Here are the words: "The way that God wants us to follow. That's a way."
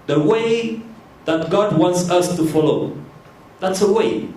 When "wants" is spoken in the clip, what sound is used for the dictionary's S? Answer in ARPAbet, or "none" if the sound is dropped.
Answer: S